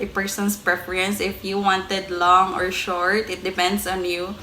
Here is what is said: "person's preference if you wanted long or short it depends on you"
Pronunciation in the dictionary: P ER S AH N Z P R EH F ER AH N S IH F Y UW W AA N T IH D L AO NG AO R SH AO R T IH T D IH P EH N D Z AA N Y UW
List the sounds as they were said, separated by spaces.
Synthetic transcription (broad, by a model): P ER S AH N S P R EH F ER AH N S IH F Y UW W AA N T IH D L AO NG AO R SH AO R T IH T D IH P EH N D S AA N Y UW